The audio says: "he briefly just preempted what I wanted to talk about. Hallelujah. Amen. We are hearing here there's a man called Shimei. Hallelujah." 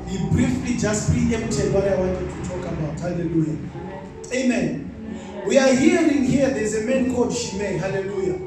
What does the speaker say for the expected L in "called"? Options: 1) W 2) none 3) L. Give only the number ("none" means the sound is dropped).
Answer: 2